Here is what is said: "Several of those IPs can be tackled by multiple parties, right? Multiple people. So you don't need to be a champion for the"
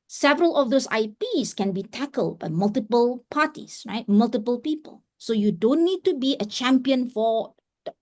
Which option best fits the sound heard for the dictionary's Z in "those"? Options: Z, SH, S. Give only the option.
S